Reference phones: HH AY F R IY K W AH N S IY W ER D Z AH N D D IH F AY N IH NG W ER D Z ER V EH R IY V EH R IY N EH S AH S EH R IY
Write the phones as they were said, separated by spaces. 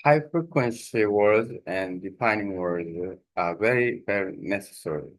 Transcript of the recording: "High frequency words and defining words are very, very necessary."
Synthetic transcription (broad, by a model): HH AY F R IY K W AH N S IY W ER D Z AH N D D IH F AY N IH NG W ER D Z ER V EH R IY V EH R IY N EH S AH S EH R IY